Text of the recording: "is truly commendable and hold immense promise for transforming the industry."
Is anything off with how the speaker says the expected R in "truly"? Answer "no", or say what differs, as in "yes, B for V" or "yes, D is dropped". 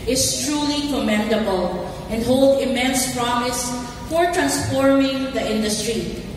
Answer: no